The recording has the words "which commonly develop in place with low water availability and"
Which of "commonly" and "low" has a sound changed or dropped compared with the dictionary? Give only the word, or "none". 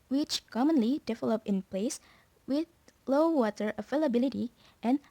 none